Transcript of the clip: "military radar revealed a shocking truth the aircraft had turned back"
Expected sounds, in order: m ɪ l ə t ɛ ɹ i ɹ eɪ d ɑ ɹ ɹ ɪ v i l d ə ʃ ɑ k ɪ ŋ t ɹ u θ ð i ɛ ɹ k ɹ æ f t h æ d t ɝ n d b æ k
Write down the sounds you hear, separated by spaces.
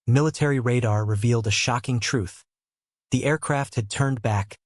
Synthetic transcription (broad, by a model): m ɪ l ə t ɛ ɹ i ɹ eɪ d ɑ ɹ ɹ ɪ v i l d ə ʃ ɑ k ɪ ŋ t ɹ u θ ð i ɛ ɹ k ɹ æ f t h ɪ d t ɝ n b æ k